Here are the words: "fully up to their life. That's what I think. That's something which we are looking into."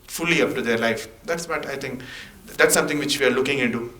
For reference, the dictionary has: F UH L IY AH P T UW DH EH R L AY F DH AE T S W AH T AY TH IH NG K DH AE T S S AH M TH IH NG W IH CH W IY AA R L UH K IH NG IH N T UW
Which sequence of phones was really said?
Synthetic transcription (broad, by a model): F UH L IY AH P T UW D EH R L AY F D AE T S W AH T AY T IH NG K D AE T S S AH M T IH NG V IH CH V IY AA R L UH K IH NG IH N T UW